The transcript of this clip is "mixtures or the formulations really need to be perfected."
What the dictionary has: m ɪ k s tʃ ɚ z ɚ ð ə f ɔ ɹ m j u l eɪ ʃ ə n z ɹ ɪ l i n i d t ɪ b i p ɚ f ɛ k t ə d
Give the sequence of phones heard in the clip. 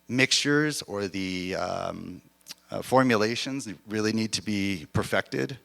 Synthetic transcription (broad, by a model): m ɪ k s tʃ ɚ z ɚ ð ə f ɔ ɹ m j u l eɪ ʃ ə n z ɹ ɪ l i n i d t ɪ b i p ɚ f ɛ k t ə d